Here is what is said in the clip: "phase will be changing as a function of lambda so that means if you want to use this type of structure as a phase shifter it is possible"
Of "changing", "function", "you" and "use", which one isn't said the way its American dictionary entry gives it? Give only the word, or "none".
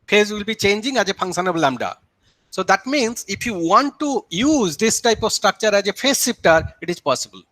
function